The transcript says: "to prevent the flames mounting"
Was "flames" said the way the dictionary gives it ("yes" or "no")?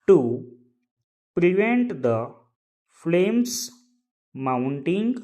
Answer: no